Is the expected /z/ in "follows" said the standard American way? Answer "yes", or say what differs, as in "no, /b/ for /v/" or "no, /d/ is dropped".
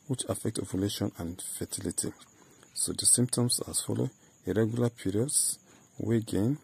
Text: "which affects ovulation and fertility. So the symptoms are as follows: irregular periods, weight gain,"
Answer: no, /z/ is dropped